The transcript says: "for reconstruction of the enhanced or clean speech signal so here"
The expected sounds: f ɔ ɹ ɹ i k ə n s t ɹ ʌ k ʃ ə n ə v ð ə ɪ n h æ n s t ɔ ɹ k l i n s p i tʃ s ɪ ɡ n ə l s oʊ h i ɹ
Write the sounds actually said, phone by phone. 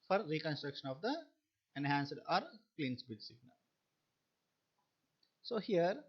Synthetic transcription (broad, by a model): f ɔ ɹ ɹ i k ə n s t ɹ ʌ k ʃ ə n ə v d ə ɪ n h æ n s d ɔ ɹ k l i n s b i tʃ s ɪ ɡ n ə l s oʊ h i ɹ